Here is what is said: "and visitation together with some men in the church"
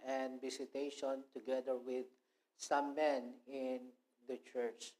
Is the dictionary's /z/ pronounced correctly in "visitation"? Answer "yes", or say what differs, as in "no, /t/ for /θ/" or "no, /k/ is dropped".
no, /s/ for /z/